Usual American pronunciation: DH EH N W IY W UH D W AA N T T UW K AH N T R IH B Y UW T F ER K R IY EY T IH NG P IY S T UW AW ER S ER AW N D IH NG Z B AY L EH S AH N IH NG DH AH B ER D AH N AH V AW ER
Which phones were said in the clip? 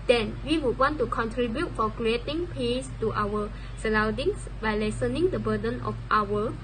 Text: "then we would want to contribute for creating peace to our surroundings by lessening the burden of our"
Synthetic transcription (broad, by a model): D EH N W IY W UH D W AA N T T UW K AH N T R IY B Y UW T F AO K R IY EY T IH NG P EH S T UW AW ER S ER AW D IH NG S B AY L EH S AH N IH NG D AH B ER D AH N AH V AW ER